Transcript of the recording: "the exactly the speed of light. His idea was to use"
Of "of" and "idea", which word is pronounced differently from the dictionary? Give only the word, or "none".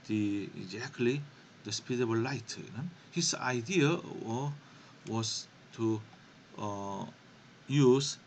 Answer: of